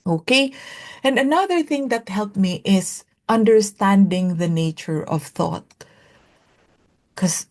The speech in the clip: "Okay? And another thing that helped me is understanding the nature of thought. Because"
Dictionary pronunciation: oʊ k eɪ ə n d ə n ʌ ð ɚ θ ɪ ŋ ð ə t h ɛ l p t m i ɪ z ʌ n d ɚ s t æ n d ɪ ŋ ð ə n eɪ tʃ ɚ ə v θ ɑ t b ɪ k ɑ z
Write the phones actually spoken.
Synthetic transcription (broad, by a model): oʊ k eɪ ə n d ə n ʌ ð ɚ θ ɪ ŋ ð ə t h ɛ l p m i ɪ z ʌ n d ɚ s t æ n d ɪ ŋ ð ə n eɪ tʃ ɚ ə v θ ɑ t k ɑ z